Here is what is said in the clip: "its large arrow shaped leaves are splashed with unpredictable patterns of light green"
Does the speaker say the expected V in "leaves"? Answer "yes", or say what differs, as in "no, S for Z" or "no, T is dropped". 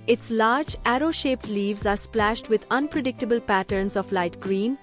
yes